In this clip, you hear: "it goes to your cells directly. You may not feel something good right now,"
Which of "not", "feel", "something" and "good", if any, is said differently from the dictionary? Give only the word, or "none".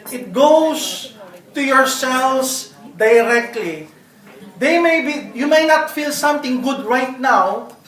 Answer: something